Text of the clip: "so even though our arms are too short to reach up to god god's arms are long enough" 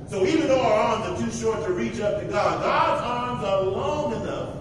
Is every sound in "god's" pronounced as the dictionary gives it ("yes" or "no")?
yes